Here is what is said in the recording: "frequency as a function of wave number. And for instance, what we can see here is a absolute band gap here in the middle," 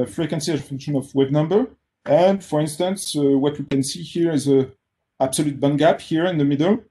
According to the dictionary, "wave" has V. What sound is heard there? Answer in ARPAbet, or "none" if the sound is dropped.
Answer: B